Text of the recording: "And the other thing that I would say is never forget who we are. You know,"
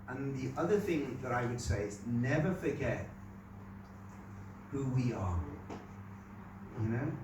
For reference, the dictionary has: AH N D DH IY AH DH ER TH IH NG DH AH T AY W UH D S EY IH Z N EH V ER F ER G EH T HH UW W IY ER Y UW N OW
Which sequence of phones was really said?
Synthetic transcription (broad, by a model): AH N DH IY AH DH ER TH IH NG DH AH T AY W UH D S EY IH Z N EH V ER F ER G EH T HH UW W IY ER Y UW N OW